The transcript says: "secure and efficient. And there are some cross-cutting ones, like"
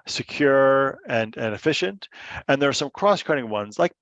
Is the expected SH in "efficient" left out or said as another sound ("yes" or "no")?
no